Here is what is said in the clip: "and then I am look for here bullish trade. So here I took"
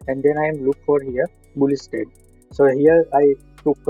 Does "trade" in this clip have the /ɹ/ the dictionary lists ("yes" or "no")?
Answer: no